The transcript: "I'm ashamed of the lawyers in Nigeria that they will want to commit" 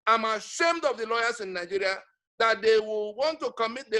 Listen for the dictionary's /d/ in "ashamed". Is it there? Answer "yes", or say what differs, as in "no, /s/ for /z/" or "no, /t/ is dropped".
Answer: yes